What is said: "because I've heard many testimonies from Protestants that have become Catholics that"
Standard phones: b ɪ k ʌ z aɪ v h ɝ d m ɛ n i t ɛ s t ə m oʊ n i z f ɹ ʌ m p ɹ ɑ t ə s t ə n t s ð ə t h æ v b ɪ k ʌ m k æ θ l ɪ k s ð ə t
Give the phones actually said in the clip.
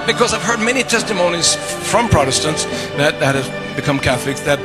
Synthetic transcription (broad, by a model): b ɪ k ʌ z aɪ v h ɝ d m ɛ n i t ɛ s t ə m oʊ n i z f ɹ ʌ m p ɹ ɑ t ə s t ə n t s ð ə t h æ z b ɪ k ʌ m k æ θ l ɪ k s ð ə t